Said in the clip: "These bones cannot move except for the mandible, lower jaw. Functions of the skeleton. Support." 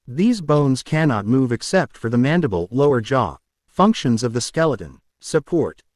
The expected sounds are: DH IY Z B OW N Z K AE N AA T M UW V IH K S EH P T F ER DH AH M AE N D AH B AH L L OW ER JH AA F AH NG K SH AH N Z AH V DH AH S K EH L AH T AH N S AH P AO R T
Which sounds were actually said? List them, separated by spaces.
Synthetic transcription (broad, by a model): DH IY Z B OW N Z K AE N AA T M UW V IH K S EH P T F ER DH AH M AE N D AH B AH L L OW ER JH AA F AH NG K SH AH N Z AH V DH AH S K EH L AH T AH N S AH P AO R T